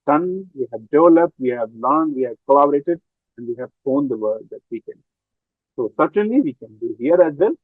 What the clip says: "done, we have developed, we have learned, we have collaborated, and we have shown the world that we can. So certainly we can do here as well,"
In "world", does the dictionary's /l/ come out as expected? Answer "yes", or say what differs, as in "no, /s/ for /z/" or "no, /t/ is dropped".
no, /l/ is dropped